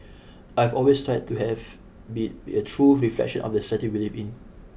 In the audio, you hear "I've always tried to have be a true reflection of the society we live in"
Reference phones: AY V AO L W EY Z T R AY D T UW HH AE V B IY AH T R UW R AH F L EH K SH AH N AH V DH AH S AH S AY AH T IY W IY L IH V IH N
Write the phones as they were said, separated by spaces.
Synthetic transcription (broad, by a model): AY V AO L W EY S T R AY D T UW HH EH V B IY AH T R UW R AH F L EH K SH AH N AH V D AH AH S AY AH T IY W IY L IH P IH N